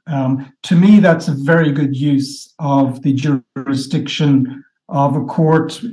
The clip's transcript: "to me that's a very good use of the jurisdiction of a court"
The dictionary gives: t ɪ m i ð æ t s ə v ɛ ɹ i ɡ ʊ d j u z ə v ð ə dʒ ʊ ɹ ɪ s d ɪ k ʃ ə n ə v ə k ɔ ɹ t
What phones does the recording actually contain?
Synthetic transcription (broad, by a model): t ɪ m i ð æ t s ə v ɛ ɹ i ɡ ʊ d j u z ə v ð ə dʒ ʊ ɹ ɪ s d ɪ k ʃ ə n ə v ə k ɔ ɹ t